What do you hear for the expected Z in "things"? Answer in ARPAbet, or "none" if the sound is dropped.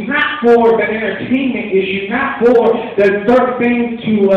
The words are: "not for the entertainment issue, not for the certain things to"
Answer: none